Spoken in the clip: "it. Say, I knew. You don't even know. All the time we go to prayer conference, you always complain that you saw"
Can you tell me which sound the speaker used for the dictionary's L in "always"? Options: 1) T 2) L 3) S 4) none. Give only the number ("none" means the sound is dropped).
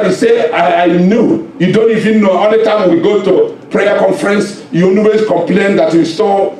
4